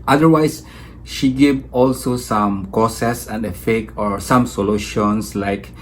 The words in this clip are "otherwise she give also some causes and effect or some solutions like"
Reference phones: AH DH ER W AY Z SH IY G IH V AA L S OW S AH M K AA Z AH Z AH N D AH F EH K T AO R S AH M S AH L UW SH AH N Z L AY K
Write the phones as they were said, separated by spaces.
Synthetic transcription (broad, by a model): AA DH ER W AY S SH IY G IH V AA L S OW S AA M K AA S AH S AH N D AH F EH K AO R S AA M S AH L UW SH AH N S L AY K